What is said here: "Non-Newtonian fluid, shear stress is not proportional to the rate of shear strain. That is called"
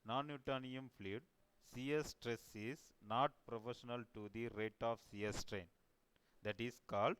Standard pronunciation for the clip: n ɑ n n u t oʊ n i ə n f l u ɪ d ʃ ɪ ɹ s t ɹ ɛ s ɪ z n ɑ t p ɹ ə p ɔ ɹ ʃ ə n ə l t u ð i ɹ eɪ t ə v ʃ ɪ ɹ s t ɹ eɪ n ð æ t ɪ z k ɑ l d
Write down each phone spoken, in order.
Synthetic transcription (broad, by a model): n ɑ n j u t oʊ n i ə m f l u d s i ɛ s t ɹ ɛ s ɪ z n ɑ t p ɹ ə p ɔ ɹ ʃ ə n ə l t u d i ɹ eɪ t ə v s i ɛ s t ɹ eɪ n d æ t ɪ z k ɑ l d